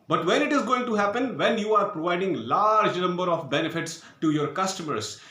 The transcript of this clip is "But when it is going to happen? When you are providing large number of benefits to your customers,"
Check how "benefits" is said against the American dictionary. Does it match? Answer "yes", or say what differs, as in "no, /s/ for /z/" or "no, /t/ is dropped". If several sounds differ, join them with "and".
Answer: yes